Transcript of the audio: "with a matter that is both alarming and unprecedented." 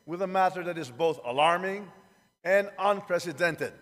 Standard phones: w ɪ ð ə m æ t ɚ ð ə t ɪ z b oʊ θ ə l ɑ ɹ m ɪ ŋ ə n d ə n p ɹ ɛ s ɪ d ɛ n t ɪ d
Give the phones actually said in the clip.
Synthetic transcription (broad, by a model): w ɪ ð ə m æ t ɚ ð ə t ɪ z b oʊ θ ə l ɑ ɹ m ɪ ŋ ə n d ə n p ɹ ɛ s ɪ d ɛ n t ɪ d